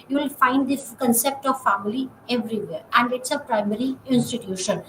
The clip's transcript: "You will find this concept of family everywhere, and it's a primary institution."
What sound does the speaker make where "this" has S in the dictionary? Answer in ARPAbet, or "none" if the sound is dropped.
none